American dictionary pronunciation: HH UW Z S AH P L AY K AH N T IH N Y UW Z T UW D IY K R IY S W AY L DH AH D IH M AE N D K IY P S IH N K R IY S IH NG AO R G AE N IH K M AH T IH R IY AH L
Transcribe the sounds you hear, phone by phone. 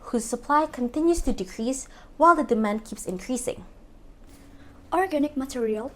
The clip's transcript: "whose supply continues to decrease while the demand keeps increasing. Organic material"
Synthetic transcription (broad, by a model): HH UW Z S AH P L AY K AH N T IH N Y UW S T UW D IY K R IY S W AY L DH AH D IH M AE N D K IY P S IH N K R IY S IH NG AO R G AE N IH K M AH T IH R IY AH L